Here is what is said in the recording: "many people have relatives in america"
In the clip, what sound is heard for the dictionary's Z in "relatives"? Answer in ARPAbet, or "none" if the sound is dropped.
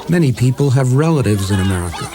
Z